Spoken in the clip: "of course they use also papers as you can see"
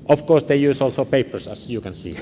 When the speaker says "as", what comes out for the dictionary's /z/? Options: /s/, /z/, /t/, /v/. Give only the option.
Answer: /s/